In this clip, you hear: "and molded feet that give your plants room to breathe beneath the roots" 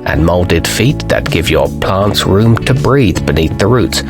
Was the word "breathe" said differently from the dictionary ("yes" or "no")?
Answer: no